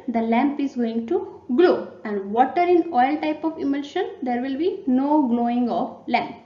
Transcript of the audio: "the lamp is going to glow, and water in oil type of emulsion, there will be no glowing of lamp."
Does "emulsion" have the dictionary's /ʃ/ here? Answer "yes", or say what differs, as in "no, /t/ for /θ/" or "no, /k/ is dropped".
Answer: yes